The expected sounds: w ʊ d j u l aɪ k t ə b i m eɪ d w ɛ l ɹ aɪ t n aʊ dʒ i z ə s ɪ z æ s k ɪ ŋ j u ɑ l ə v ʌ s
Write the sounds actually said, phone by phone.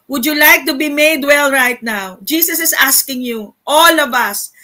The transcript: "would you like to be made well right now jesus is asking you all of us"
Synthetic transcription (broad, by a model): w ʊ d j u l aɪ k t ə b i m eɪ d w ɛ l ɹ aɪ t n aʊ dʒ i s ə s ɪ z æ s k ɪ ŋ j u ɑ l ə v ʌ s